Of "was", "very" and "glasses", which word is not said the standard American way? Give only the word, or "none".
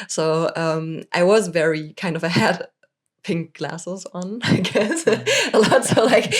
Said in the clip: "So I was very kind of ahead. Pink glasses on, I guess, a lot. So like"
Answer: none